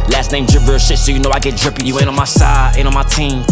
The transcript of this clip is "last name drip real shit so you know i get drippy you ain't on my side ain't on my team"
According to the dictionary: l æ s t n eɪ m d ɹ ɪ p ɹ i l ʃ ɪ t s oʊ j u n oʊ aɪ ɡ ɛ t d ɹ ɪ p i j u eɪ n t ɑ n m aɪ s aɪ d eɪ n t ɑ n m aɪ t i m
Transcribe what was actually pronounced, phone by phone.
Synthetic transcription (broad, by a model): l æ s t n eɪ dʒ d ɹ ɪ b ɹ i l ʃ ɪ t s oʊ j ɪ n oʊ aɪ ɡ ɛ t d ɹ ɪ p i j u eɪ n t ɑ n m aɪ s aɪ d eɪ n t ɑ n m aɪ t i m